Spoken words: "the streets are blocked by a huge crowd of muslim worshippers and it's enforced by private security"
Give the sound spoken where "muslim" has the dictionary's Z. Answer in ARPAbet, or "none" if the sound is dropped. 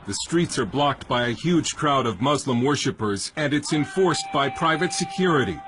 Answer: Z